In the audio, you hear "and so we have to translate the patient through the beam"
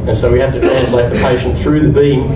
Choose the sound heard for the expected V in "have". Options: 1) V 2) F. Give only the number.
2